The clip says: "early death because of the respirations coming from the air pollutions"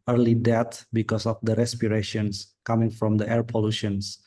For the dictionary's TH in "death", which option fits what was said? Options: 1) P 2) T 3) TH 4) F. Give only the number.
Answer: 2